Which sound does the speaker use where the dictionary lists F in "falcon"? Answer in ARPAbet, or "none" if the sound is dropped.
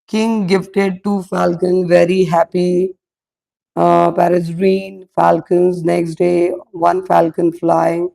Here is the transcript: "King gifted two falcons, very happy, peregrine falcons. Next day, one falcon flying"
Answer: F